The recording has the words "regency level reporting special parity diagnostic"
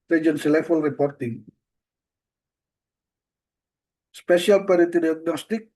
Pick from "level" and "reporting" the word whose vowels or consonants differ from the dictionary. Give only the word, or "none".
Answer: level